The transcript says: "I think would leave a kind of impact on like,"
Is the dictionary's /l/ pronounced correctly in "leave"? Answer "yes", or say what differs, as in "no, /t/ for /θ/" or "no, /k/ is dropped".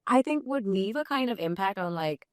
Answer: no, /n/ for /l/